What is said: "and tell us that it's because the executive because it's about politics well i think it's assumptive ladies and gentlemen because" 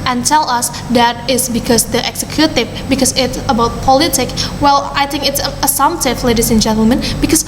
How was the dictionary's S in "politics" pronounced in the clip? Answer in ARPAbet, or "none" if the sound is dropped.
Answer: none